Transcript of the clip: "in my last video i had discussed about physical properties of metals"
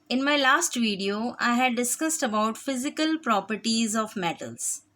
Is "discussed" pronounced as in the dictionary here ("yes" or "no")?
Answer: yes